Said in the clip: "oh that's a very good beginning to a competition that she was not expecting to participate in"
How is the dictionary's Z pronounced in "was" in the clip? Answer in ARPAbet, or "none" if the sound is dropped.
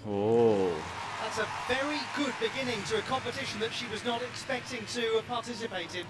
Z